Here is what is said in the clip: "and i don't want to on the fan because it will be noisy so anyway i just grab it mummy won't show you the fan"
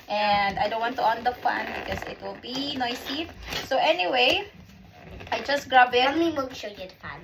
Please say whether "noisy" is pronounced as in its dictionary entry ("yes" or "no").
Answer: no